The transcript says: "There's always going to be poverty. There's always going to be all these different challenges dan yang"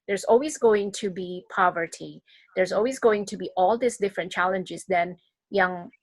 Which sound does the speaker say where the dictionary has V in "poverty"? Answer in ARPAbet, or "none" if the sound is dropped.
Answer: V